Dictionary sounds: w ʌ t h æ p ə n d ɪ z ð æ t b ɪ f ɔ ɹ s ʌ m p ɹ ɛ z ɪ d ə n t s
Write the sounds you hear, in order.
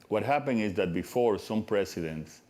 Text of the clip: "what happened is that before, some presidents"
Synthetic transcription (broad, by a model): w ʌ t h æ p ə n ɪ z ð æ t b ɪ f ɔ ɹ s ʌ m p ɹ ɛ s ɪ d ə n t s